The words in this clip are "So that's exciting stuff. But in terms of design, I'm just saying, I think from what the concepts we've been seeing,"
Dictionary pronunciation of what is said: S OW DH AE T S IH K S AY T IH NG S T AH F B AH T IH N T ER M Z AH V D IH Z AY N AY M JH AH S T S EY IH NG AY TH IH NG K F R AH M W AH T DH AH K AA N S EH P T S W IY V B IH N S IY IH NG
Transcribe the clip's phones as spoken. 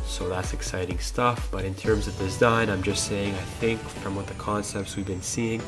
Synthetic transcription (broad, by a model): S OW DH AE T S IH K S AY T IH NG S T AH F B AH T IH N T ER M Z AH V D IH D AY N AY M JH AH S T S EY IH NG AY TH IH NG K F R AH M W AH T DH AH K AA N S EH P T S W IY V B IH N S IY IH NG